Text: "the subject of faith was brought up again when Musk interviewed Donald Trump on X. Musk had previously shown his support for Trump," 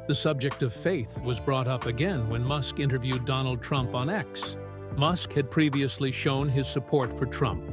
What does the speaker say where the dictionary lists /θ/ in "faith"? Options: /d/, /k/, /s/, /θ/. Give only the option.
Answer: /θ/